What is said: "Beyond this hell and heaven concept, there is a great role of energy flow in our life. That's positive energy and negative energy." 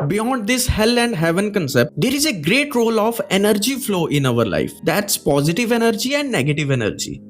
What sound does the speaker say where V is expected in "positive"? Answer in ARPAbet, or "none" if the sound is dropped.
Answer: V